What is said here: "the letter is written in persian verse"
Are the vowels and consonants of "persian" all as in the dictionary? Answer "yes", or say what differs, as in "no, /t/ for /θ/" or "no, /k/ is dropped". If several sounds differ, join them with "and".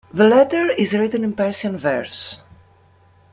no, /s/ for /ʒ/